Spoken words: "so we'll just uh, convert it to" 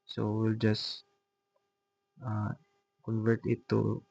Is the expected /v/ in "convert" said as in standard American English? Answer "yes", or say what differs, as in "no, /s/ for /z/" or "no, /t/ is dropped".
yes